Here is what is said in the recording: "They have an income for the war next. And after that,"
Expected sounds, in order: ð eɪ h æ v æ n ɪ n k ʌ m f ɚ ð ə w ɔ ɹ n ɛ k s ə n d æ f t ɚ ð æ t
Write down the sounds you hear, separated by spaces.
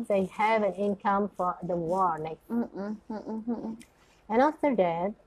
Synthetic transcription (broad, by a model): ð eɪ h æ v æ n ɪ n k ʌ m f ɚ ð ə w ɔ ɹ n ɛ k ə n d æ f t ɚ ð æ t